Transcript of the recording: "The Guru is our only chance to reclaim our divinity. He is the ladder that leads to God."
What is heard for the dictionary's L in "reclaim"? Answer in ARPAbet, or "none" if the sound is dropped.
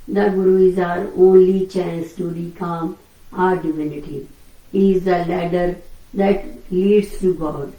none